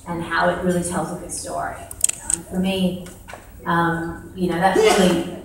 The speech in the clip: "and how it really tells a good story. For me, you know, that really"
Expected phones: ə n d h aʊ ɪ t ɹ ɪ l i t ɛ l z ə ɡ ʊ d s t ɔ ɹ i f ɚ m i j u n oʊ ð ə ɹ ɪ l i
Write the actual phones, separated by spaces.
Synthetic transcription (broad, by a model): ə n h aʊ ɪ t ɹ ɪ l i t ɛ l z ə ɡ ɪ s t ɔ ɹ i f ɚ m i j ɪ n oʊ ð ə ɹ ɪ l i